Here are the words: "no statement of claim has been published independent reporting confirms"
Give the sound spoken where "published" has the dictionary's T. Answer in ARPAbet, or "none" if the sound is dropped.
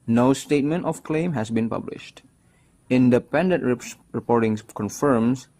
T